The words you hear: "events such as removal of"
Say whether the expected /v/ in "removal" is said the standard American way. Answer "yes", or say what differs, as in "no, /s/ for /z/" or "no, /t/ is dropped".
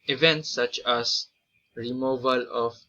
yes